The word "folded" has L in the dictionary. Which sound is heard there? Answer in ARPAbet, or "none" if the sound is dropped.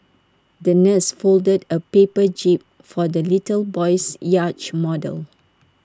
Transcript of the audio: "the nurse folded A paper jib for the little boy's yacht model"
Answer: L